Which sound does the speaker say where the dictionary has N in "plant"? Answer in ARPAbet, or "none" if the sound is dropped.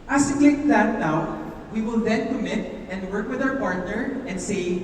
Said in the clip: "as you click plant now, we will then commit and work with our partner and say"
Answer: none